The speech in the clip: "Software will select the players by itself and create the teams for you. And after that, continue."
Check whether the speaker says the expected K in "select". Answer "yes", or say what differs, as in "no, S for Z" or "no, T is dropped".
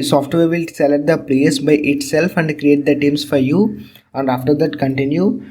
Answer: no, K is dropped